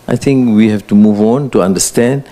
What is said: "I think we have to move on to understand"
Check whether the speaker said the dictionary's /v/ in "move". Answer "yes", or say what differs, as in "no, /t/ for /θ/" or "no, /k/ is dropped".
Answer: yes